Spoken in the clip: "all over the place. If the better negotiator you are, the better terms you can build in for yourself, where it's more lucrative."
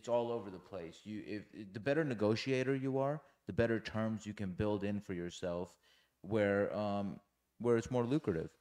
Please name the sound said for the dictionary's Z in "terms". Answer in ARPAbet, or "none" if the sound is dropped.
Z